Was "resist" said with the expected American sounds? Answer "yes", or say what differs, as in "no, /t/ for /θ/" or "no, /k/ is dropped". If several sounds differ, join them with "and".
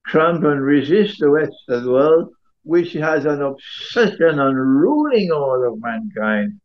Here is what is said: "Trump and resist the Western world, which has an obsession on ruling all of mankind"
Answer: yes